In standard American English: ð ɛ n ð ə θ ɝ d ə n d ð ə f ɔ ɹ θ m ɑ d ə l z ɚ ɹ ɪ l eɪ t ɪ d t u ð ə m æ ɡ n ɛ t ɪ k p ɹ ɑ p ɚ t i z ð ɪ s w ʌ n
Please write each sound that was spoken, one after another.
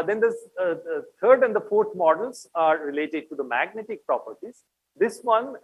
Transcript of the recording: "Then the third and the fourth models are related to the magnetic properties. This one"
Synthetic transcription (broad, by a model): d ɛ n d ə t ɝ d ə n d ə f ɔ ɹ t m ɑ d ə l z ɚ ɹ ɪ l eɪ t ɪ d t u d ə m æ ɡ n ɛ t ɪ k p ɹ ɑ p ɚ t i z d ɪ s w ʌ n